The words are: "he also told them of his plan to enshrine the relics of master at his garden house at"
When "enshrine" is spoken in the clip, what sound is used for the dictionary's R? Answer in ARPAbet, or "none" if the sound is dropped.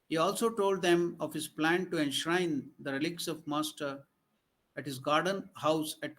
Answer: R